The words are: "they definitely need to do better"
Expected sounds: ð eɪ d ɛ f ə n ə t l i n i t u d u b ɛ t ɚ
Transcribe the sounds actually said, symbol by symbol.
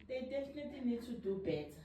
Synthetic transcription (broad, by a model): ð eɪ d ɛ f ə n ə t i n i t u d u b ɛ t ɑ